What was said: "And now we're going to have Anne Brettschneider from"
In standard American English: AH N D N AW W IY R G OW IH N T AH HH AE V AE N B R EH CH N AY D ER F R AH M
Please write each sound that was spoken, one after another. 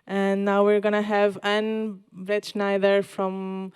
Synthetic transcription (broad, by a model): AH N N AW W IY R G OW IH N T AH HH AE V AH N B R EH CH N AY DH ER F R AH M